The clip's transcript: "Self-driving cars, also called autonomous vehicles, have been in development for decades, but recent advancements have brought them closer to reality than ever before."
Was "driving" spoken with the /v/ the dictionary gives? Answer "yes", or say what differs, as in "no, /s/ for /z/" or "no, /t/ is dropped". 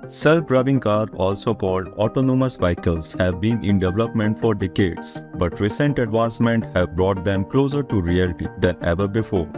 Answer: no, /b/ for /v/